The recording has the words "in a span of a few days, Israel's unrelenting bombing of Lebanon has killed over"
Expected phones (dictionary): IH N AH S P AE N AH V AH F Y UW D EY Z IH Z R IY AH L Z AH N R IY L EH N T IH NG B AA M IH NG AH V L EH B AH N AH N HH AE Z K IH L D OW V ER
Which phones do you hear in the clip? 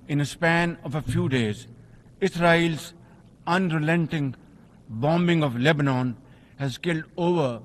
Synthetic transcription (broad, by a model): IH N AH S P AE N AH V AH F Y UW D EY Z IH S R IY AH L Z AH N R IY L EH N T IH NG B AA M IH NG AH V L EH B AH N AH N HH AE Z K IH L D OW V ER